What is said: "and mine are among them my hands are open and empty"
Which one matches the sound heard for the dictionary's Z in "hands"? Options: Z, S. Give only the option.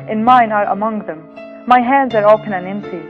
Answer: Z